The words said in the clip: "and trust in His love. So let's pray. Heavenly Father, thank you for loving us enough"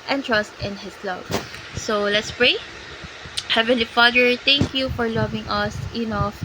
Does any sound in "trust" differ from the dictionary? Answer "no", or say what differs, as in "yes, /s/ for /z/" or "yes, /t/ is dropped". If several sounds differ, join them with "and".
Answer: no